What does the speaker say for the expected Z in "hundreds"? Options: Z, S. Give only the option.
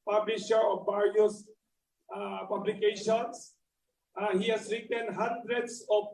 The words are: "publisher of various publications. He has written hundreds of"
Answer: S